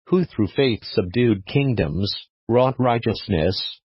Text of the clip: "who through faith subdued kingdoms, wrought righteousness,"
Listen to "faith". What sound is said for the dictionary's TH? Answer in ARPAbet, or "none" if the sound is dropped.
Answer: TH